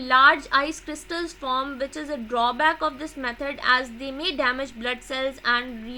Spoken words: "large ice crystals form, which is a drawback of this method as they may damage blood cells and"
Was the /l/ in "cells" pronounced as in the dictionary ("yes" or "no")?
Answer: yes